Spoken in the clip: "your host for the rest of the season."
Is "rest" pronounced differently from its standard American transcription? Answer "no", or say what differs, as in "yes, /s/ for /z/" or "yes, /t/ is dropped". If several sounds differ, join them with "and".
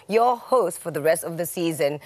no